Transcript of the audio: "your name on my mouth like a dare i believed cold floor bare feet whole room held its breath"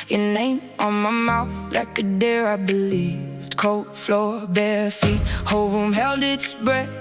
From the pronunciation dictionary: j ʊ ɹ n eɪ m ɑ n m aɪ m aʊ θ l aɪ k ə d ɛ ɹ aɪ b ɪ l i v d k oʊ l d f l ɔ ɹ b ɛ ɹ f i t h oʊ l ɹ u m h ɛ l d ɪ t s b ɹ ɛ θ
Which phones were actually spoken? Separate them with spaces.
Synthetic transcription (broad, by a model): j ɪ n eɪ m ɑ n m aɪ m aʊ θ l aɪ k ə d ɛ ɹ aɪ b ɪ l i v d k oʊ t f l ɔ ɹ b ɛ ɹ f i t h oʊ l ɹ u m h ɛ l d ɪ t s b ɹ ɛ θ